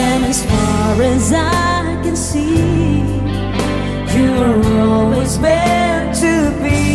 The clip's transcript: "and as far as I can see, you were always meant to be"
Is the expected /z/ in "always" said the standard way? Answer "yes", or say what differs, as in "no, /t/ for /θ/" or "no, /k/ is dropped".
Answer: yes